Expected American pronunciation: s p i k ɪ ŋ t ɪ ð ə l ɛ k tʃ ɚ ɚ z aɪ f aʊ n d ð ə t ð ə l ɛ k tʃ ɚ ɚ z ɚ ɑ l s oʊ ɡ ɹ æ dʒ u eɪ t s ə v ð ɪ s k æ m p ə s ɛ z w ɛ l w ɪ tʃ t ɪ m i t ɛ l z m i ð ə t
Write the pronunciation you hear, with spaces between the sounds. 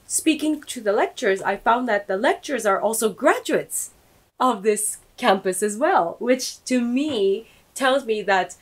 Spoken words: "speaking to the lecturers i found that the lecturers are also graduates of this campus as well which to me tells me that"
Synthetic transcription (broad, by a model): s p i k ɪ ŋ t ɪ ð ə l ɛ k tʃ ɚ ɚ z aɪ f aʊ n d ð ə t ð ə l ɛ k tʃ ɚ ɚ z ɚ ɑ l s oʊ ɡ ɹ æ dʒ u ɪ t s ə v ð ɪ s k æ m p ə s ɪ z w ɛ l w ɪ tʃ t ɪ m i t ɛ l z m i ð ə t